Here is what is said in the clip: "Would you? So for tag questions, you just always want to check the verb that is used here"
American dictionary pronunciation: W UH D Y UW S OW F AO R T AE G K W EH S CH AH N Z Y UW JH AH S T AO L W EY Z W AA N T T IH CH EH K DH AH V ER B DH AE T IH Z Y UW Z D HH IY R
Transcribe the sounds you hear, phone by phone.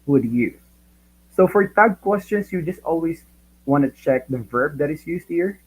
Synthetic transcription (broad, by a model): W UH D Y UW S OW F AO R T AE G K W EH S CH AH N S Y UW JH AH S T AO L W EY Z W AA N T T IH CH EH K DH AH V ER B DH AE T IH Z Y UW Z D HH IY R